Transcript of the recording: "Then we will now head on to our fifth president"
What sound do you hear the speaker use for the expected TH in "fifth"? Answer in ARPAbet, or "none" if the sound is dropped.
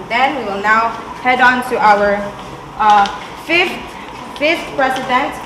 F